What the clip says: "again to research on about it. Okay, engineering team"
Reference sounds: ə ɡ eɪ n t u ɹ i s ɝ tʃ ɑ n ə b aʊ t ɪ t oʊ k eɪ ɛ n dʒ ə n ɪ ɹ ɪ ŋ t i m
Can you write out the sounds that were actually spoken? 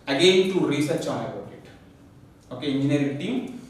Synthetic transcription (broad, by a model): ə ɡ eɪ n t u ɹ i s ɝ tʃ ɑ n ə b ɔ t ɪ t oʊ k eɪ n ə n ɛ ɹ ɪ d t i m